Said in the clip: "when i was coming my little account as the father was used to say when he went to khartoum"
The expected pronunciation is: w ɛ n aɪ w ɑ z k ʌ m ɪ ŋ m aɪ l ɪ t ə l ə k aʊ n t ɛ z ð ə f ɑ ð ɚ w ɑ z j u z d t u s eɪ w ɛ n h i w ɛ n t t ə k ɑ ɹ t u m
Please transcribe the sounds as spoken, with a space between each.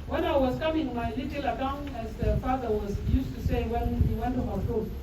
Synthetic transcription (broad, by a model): w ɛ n aɪ w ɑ s k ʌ m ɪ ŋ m aɪ l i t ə l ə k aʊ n ɛ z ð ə f ɑ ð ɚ w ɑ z j u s t u s eɪ w ɛ n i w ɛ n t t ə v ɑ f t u